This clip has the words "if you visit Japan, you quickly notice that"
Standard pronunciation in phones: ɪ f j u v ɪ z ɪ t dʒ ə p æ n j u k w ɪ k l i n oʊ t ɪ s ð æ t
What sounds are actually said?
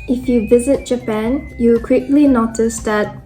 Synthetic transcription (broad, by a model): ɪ f j u v ɪ z ɪ t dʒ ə p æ n j u k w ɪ k l i n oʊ t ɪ s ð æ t